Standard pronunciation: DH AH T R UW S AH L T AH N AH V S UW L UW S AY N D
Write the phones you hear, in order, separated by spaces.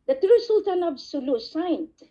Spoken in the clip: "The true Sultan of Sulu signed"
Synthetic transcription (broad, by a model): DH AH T R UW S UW L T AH N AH B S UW L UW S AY N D